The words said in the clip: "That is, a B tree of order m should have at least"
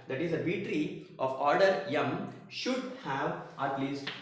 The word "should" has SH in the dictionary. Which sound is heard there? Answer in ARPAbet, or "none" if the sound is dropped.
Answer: SH